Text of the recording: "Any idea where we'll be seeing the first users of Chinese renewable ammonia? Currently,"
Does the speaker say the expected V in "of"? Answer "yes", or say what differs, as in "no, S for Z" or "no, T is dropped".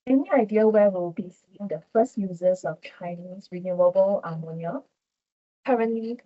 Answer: no, F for V